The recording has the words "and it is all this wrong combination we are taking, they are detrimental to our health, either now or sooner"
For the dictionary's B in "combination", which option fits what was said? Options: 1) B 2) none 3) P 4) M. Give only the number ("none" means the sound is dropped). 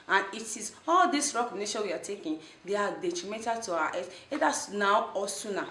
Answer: 2